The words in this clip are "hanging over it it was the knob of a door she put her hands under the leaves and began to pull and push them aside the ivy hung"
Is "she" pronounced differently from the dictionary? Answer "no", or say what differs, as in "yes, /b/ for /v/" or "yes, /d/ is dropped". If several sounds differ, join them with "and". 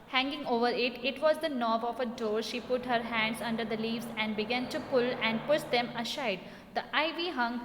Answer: no